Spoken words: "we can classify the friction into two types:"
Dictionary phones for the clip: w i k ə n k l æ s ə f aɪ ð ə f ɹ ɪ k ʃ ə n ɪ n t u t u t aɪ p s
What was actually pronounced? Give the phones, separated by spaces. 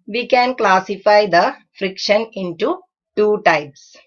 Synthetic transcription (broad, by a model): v i k ə n k l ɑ s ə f aɪ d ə f ɹ ɪ k ʃ ə n ɪ n t u t u t aɪ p s